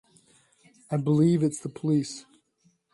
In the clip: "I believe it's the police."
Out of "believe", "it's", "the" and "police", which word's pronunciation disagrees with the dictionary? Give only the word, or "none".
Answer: none